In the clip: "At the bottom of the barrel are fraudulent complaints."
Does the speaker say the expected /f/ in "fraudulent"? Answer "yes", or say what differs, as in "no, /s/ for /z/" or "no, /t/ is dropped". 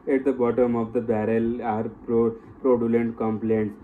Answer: no, /p/ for /f/